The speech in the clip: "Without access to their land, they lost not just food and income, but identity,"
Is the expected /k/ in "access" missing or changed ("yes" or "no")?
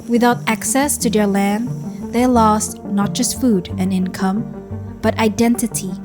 no